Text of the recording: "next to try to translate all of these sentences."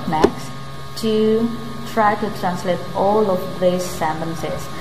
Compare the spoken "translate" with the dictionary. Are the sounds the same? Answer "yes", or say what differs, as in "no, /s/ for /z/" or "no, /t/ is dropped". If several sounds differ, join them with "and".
yes